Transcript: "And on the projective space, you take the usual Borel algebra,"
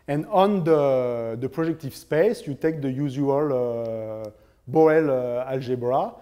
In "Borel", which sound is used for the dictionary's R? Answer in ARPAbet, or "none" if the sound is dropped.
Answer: none